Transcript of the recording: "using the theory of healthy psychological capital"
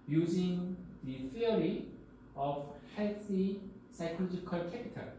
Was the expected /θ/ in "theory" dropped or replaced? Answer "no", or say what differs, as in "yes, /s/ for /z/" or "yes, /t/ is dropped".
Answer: yes, /f/ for /θ/